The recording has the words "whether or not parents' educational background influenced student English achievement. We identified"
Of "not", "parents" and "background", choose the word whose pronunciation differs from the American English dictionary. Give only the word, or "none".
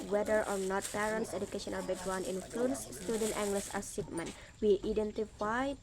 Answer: background